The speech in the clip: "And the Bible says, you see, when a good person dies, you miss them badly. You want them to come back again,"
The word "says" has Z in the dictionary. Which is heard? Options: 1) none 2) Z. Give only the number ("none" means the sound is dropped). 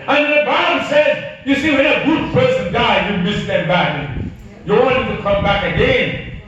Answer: 2